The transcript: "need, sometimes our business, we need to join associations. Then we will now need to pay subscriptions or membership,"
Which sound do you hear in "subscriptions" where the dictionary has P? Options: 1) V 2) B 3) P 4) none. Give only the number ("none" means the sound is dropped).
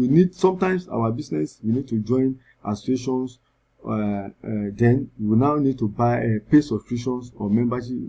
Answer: 4